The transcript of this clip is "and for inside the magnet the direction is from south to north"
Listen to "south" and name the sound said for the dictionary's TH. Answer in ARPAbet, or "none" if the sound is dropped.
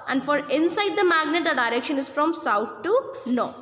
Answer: T